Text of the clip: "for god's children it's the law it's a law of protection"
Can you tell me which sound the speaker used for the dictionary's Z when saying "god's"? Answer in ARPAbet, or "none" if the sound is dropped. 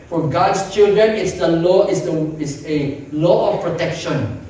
S